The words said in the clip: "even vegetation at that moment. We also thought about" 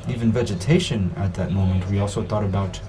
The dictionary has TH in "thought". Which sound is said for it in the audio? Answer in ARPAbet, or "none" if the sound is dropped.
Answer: TH